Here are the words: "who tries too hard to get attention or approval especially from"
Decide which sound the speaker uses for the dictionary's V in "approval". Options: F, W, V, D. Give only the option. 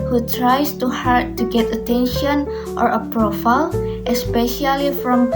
F